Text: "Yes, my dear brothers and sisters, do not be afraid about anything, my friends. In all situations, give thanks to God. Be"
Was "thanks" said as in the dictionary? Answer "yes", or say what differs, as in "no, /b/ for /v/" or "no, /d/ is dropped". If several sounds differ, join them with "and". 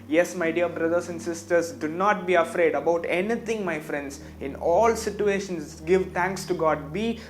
no, /t/ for /θ/